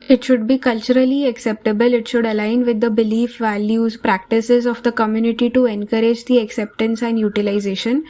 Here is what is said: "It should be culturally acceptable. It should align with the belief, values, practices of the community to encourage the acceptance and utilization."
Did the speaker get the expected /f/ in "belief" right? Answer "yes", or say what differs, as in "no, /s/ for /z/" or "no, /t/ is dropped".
yes